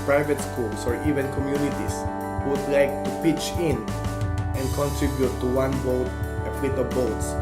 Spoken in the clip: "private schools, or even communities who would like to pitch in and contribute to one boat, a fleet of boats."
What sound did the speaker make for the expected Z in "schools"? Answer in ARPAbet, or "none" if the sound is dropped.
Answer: S